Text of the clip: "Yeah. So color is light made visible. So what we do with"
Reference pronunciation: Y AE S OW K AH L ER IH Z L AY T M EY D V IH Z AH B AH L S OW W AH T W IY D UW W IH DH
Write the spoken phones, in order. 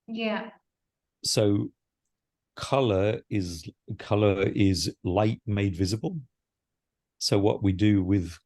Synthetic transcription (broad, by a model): Y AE S OW K AH L ER IH Z L AY T M EY D V IH Z AH B AH L S OW W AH T W IY D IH W IH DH